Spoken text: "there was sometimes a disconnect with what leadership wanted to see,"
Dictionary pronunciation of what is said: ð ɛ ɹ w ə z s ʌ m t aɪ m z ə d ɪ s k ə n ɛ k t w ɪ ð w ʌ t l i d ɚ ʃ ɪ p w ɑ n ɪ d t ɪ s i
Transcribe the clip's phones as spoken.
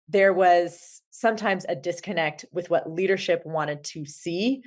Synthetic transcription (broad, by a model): ð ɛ ɹ w ə z s ʌ m t aɪ m z ə d ɪ s k ə n ɛ k t w ɪ ð w ʌ t l i d ɚ ʃ ɪ p w ɑ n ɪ d t ɪ s i